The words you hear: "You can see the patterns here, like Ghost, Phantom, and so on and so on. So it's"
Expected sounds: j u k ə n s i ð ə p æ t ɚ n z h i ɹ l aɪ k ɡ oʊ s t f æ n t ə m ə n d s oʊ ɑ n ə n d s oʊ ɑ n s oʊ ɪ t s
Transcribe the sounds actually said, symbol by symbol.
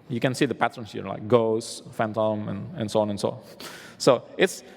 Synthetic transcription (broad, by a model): j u k ə n s i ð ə p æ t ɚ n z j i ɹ l aɪ k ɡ oʊ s f æ n t ə m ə n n s oʊ ɑ n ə n s oʊ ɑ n s oʊ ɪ t s